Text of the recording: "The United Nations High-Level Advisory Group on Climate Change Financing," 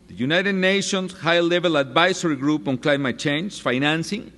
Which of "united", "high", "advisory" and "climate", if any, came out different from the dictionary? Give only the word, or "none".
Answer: advisory